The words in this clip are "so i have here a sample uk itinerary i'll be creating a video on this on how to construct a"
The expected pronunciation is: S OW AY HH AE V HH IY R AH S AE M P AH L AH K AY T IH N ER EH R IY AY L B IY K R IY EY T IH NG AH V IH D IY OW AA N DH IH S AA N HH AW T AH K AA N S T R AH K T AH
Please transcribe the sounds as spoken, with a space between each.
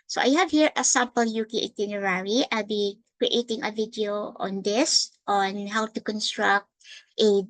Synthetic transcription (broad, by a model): S OW AY HH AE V HH IY R AH S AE M P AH L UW K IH T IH N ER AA R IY AY L B IY K R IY EY T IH NG AH V IH D IY OW AA N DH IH S AA N HH AW T AH K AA N S T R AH K T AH